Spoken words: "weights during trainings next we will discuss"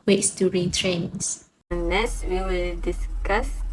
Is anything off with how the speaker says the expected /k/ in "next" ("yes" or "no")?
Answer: yes